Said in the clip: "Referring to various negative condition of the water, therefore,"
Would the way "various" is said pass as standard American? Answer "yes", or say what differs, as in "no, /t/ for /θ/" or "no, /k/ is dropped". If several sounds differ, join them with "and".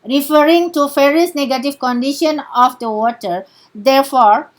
no, /f/ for /v/